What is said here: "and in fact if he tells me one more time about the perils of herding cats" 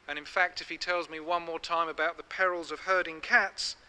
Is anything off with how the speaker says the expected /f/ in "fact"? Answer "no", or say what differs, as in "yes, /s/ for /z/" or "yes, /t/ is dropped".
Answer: no